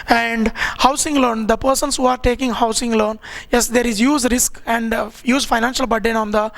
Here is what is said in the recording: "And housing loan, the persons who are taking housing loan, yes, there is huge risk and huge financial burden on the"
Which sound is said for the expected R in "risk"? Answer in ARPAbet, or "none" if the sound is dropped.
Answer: R